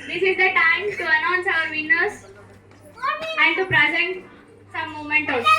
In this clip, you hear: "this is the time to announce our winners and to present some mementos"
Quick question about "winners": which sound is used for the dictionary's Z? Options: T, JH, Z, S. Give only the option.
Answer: S